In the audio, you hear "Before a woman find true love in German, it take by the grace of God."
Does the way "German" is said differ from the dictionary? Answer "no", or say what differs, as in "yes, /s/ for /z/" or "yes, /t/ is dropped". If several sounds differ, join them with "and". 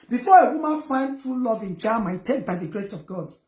yes, /n/ is dropped